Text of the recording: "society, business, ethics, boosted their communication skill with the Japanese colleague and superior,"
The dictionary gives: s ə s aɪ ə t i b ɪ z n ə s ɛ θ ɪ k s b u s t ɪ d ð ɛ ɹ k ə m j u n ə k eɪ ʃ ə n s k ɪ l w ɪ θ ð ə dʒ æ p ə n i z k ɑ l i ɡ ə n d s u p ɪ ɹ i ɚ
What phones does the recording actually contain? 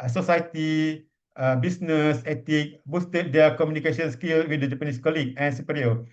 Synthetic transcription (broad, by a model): s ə s aɪ t i b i s n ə s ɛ t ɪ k b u s t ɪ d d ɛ k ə m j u n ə k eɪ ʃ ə n s k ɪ l w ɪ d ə dʒ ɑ p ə n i s k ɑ l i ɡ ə n s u p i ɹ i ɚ